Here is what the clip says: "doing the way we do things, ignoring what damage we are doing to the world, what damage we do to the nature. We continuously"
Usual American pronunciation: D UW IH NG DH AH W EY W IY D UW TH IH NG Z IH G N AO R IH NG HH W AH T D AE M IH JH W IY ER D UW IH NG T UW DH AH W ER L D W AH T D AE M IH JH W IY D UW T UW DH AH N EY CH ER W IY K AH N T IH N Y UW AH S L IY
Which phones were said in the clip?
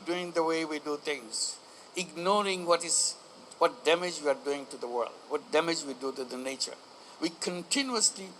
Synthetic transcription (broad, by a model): D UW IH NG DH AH W EY W IY D UW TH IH NG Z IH G N AO R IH NG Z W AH T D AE M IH JH W IY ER D UW IH NG T UW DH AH W ER L D W AH T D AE M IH JH W IY D UW T UW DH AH N EY CH ER W IY K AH N T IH N Y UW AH S L IY